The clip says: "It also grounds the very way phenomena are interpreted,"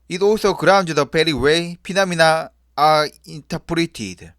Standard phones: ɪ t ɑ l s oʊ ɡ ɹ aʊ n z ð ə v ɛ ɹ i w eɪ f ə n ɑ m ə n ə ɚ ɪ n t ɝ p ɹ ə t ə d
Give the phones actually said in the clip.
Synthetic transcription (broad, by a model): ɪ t ɑ l s oʊ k ɹ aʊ n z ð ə p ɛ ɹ i w eɪ p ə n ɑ m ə n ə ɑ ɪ n t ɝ p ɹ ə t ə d